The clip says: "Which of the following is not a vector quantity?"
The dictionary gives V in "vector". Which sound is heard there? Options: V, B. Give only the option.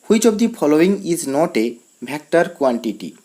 B